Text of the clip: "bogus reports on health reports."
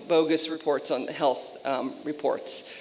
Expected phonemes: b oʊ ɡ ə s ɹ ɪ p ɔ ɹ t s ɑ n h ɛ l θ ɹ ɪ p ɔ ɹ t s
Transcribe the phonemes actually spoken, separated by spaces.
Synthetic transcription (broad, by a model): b oʊ ɡ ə s ɹ ɪ p ɔ ɹ t s n h ɛ l θ ɹ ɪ p ɔ ɹ t s